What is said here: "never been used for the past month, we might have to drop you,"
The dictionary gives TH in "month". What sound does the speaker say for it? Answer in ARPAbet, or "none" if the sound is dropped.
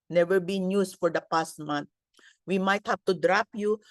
T